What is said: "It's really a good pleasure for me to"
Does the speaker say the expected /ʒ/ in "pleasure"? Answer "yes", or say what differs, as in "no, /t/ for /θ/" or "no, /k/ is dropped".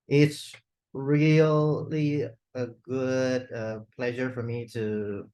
yes